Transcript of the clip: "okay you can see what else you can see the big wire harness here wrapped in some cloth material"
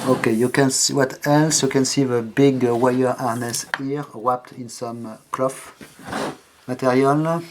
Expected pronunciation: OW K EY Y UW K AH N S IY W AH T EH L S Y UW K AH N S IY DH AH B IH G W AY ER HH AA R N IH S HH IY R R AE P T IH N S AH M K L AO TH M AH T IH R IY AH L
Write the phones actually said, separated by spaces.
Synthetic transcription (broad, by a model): OW K EY Y UW K AH N S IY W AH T EH L S Y UW K AH N S IY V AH B IH G W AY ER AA R N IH S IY R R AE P T IH N S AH M K L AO F M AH T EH R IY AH L